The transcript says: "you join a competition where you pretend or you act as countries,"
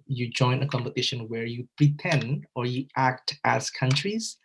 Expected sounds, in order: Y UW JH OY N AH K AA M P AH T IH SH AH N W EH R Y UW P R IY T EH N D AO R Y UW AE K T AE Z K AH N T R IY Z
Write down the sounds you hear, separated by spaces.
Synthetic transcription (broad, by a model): Y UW JH OY N AH K AA M P AH T IH SH AH N W EH R Y UW P R IY T EH N D AO R Y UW AE K T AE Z K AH N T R IY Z